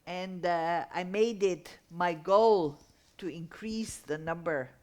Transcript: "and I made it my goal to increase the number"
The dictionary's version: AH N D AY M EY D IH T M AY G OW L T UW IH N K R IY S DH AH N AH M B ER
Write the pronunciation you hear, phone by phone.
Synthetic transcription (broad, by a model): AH N D AY M EY D IH T M AY G OW L T UW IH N K R IY S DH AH N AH M B ER